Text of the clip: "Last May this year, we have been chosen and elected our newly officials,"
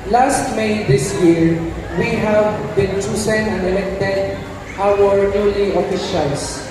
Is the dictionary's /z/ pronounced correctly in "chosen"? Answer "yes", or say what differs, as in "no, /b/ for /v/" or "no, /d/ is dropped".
no, /s/ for /z/